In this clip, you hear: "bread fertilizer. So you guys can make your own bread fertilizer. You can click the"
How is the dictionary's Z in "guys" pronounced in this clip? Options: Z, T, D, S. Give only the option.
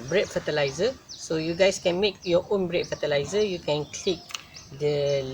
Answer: S